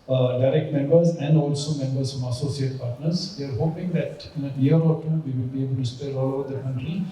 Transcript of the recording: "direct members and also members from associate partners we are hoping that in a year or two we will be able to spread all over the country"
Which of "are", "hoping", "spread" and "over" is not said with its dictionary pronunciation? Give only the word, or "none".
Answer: spread